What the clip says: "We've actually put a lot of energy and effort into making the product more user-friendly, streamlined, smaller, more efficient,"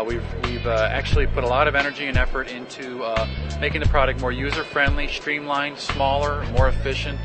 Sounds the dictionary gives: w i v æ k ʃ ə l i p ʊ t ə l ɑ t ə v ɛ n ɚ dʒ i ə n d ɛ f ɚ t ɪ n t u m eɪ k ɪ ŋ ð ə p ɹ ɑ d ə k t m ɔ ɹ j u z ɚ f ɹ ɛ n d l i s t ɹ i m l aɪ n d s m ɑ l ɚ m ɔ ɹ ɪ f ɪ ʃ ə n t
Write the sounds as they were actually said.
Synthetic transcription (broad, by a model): w i v æ k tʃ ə l i p ʊ t ə l ɑ t ə v ɛ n ɚ dʒ i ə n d ɛ f ɚ t ɪ n t u m eɪ k ɪ ŋ ð ə p ɹ ɑ d ə k t m ɔ ɹ j u z ɚ f ɹ ɛ n d l i s t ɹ i m l aɪ n s m ɑ l ɚ m ɔ ɹ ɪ f ɪ ʃ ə n t